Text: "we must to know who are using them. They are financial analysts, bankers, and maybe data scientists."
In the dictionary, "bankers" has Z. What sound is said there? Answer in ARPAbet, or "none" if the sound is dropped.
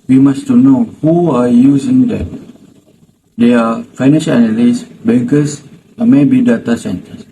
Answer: S